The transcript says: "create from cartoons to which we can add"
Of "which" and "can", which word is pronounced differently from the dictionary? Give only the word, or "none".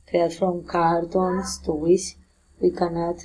which